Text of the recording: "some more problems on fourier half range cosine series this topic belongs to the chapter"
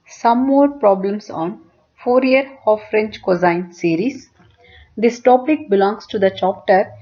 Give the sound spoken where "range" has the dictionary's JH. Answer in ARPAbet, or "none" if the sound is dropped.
CH